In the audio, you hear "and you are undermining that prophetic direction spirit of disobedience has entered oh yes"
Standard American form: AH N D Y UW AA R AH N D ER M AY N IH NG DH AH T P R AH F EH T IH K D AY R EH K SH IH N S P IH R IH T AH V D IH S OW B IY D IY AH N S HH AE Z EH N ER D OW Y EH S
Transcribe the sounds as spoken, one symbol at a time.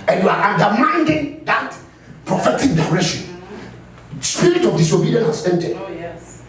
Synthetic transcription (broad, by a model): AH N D Y UW AA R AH N D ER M AY N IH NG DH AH T P R AH F EH T IH K D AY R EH SH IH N S P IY R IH T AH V D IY S OW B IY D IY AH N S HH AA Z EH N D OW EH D